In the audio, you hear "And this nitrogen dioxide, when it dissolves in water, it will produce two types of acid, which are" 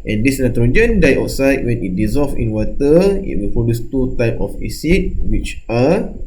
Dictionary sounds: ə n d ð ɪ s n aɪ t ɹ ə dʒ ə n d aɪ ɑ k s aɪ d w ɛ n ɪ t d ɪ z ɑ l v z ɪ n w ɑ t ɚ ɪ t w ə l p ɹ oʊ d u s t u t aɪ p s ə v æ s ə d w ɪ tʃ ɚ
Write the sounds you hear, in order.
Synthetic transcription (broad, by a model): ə n d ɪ s n aɪ t ɹ ə dʒ ə n d aɪ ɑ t s aɪ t w ɛ n ɪ t d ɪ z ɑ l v ɪ n w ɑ t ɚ ɪ t w ə l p oʊ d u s t u t aɪ p ə f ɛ s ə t w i tʃ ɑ